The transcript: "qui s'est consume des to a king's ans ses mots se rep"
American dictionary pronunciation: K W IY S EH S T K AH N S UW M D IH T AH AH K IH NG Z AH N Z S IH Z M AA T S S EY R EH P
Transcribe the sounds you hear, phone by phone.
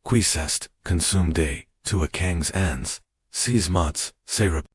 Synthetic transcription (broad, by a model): K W IY S EH S T K AH N S UW M D IH T AH AH K IH NG Z AH N Z S IH Z M AA T S S EY R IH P